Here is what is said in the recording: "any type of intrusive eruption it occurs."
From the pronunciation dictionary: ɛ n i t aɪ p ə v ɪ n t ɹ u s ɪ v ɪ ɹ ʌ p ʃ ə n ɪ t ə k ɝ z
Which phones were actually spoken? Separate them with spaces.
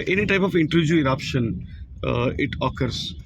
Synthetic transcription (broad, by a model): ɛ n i t aɪ p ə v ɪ n t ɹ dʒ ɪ ɪ ɹ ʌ p ʃ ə n ɪ t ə k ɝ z